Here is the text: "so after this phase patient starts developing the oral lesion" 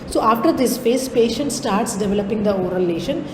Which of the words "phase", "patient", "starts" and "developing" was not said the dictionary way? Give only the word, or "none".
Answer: phase